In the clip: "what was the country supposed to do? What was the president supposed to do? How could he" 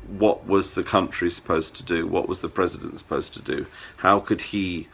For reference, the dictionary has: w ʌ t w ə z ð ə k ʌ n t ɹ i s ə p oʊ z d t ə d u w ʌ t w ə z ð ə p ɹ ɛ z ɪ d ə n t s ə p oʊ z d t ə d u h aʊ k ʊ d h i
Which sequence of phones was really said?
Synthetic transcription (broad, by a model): w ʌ t w ə z ð ə k ʌ n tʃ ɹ i s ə p oʊ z t ə d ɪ w ʌ t w ə z ð ə p ɹ ɛ z ɪ d ə n t s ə p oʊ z t ə d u h aʊ k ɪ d i